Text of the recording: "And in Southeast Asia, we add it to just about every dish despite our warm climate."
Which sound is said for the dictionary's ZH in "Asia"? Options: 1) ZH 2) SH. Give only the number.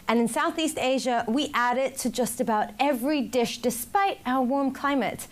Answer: 1